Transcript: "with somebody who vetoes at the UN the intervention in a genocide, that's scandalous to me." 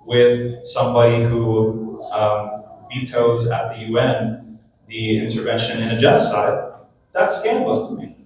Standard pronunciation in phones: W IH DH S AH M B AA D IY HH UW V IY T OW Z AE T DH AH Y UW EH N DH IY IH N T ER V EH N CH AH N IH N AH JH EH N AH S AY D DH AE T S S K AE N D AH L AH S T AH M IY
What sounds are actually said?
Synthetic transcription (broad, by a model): W IH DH S AH M B AA D IY HH UW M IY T OW Z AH T DH AH Y UW EH N DH IY IH N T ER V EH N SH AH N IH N AH JH EH N AH S AY D DH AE T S S K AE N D L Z T AH M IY